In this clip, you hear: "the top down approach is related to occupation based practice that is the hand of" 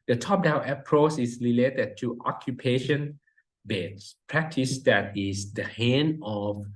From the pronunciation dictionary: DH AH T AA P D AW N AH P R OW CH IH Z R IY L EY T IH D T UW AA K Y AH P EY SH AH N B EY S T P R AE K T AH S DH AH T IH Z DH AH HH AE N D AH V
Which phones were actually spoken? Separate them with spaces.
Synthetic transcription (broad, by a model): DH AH T AA P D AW AH P R OW CH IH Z R IY L EY T IH D T UW AA K Y AH P EY SH AH N B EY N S P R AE K T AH S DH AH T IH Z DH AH HH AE N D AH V